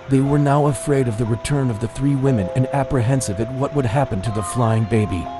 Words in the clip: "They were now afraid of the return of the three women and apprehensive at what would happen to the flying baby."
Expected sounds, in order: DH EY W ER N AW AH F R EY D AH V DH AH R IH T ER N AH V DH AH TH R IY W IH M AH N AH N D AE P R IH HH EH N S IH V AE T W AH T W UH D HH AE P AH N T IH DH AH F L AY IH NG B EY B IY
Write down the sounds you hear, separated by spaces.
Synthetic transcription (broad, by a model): DH EY W ER N AW AH F R EY D AH V DH AH R IH T ER N AH V DH AH TH R IY W IH M AH N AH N AE P R IH HH EH N S IH V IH T W AH T W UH D HH AE P AH N T IH DH AH F L AY IH NG B EY B IY